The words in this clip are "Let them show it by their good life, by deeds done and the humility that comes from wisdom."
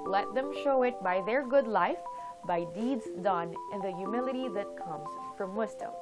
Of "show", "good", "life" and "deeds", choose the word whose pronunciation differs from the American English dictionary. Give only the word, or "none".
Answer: none